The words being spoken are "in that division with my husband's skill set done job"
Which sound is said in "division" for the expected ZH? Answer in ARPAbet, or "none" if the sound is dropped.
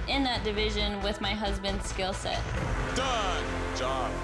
ZH